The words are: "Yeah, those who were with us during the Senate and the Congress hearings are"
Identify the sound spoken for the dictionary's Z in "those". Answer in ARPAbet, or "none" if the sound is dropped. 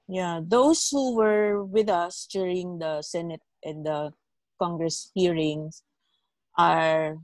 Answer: S